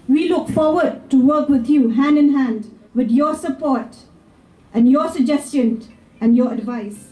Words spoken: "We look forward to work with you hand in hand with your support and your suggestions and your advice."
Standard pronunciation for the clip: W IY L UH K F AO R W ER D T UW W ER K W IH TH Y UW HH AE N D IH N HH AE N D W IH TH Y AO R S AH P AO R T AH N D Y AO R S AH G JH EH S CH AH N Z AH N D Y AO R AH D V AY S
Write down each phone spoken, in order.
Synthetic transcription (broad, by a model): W IY L UH K F AO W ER D T UW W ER K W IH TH Y UW HH AE N D IH N HH AE N D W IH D Y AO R S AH P AO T T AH N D Y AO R S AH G JH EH S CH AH N AH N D Y AO R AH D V AY S